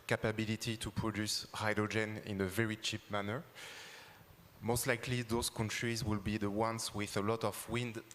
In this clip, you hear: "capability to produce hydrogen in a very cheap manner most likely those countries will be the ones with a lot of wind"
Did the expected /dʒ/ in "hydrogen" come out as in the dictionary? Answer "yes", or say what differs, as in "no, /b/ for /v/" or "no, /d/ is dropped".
yes